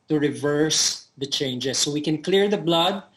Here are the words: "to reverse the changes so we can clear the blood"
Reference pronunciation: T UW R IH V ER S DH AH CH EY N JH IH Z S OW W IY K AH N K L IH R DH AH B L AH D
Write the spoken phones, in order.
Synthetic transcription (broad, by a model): T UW R IH V ER S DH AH CH EY N JH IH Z S OW W IY K AH N K L IH R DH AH B L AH D